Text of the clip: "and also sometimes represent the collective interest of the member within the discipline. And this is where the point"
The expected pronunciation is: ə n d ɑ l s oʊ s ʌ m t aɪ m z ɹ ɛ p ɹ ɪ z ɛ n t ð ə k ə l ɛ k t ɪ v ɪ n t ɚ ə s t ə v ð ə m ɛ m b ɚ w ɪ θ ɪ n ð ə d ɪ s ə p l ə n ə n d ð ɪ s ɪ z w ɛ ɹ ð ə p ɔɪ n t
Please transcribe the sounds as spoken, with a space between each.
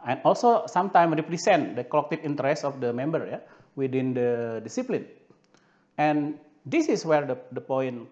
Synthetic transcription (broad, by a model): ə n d ɑ l s oʊ s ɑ m t aɪ m ɹ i p ɹ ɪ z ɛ n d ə k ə l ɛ k t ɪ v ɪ n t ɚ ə s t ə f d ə m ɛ m b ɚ w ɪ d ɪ n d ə d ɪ s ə p l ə n ə n d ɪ s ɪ s w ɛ ɹ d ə p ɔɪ n